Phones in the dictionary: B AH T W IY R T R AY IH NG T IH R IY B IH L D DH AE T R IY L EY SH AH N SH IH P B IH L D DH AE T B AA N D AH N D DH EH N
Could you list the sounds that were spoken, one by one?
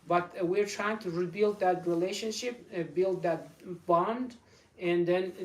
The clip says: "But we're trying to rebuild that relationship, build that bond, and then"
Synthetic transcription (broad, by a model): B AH T W IY R T R AY IH NG T IH R IY B IH L D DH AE T R IY L EY SH AH N SH IH P B IH L D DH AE T B AA N D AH N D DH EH N